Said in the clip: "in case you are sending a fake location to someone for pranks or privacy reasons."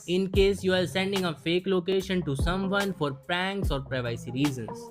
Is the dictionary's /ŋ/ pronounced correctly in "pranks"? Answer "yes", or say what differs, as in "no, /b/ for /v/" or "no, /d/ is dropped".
yes